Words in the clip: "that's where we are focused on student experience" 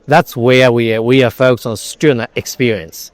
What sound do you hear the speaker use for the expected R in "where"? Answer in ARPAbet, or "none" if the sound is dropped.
W